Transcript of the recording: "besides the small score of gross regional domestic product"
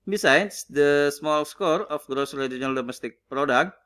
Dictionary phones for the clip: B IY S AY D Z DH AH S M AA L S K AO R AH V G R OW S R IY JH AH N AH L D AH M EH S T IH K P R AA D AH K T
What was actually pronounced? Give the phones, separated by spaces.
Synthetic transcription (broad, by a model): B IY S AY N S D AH S M AA L S K AO R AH F G R OW S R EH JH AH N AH L D AH M EH S T IH K P R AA D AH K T